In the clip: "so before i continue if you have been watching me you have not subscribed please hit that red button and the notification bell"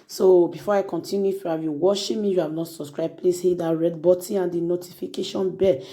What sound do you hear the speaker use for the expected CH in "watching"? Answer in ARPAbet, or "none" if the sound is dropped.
SH